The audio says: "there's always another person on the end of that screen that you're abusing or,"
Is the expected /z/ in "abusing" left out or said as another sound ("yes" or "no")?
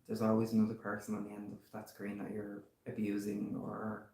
no